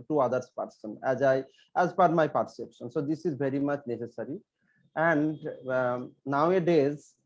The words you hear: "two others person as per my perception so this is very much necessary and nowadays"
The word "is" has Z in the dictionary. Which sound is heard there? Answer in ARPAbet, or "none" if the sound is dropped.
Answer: Z